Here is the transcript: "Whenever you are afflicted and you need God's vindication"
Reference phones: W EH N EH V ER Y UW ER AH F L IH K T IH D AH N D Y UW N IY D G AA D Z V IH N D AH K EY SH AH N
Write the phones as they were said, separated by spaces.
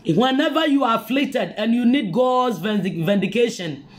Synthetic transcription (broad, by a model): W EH N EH V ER Y UW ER AH F L IH K T IH D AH N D Y UW N IY D G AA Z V V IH N D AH K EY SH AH N